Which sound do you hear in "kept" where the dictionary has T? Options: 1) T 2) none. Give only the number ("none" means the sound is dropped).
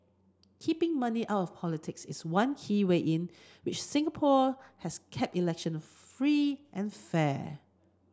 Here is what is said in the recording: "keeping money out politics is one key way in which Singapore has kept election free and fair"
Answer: 1